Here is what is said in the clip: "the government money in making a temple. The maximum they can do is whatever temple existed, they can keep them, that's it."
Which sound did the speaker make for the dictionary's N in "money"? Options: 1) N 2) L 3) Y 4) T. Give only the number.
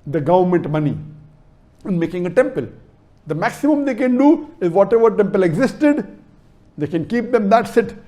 1